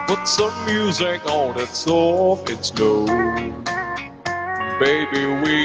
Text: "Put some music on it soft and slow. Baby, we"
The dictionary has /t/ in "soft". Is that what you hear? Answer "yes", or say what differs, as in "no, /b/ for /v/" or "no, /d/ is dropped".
no, /t/ is dropped